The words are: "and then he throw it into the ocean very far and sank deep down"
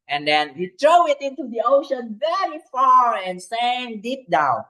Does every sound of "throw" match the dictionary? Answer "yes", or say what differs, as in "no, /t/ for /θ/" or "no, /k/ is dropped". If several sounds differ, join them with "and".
no, /t/ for /θ/